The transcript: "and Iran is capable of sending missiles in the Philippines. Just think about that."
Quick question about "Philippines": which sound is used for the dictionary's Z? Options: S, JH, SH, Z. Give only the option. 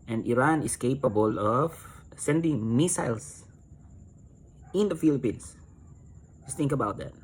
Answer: S